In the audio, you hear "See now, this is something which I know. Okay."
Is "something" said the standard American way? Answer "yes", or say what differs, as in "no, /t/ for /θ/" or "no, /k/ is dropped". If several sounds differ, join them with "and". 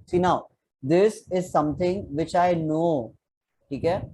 no, /t/ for /θ/